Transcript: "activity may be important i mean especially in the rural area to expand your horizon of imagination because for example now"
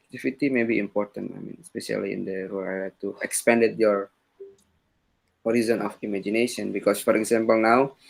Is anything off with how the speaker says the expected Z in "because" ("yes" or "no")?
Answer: yes